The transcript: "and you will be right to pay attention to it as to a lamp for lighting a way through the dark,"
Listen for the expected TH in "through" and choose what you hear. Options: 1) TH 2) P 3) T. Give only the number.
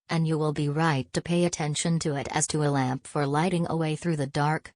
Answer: 1